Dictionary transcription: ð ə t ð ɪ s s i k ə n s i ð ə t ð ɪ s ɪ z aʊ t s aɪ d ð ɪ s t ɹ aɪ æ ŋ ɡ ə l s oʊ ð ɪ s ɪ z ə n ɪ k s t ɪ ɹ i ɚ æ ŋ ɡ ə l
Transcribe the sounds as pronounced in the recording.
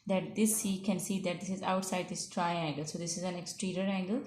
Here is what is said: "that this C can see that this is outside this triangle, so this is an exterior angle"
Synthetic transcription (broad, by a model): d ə t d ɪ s s i k ə n s i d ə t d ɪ s ɪ z aʊ t s aɪ d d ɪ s t ɹ aɪ æ ŋ ɡ ə l s oʊ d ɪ s ɪ z ə n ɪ k s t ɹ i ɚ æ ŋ ɡ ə l